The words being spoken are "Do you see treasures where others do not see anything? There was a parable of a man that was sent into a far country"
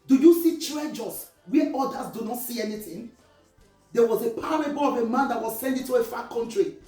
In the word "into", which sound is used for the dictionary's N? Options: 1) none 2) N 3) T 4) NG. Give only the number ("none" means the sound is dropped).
1